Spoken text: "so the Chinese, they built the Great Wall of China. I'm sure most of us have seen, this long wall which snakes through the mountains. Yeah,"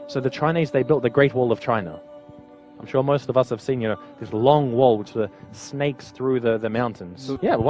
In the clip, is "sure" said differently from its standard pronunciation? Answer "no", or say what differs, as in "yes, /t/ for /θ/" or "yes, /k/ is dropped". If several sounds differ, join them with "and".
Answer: no